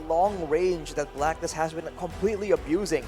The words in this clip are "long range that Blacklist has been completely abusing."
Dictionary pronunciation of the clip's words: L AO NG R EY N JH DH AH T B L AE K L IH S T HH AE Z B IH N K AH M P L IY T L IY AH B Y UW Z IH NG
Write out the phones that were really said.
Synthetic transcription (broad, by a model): L AO NG R EY N JH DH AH T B L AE K N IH S HH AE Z B IH N K AH M P L IY T L IY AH B Y UW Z IH NG